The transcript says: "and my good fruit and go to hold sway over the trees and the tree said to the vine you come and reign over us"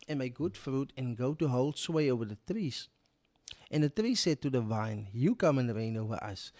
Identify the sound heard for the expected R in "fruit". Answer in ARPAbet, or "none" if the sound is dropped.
R